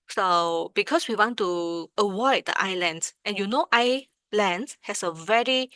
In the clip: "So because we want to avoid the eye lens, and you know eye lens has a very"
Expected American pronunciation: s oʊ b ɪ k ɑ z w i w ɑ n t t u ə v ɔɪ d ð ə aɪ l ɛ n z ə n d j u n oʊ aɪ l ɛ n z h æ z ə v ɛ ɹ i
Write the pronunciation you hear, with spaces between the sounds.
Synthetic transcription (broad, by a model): s oʊ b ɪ k ɑ s w i w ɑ n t t u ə w ɔɪ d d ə aɪ l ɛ n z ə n j u n oʊ aɪ l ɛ n s h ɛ s ə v ɛ ɹ i